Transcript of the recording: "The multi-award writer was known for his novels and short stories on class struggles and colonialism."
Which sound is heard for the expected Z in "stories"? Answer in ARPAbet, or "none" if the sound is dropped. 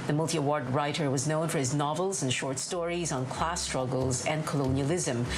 Z